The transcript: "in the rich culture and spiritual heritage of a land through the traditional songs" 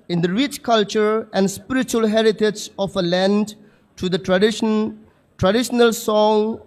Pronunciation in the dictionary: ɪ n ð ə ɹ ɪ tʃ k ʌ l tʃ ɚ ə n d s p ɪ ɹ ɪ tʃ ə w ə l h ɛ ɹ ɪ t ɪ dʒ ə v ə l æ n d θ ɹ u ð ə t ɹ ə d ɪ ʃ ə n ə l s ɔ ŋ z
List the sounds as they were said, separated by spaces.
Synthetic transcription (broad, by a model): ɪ n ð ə ɹ ɪ tʃ k ʌ l tʃ ɚ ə n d s p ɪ ɹ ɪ tʃ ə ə l h ɛ ɹ ɪ t ɪ dʒ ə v ə l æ n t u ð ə t ɹ ə d ɪ ʃ ə n ə l s ɔ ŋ